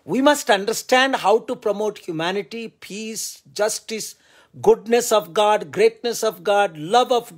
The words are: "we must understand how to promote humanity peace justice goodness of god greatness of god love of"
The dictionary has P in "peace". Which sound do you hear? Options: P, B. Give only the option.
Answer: P